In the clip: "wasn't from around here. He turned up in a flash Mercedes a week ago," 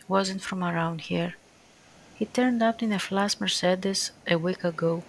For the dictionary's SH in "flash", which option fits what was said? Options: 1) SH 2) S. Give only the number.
2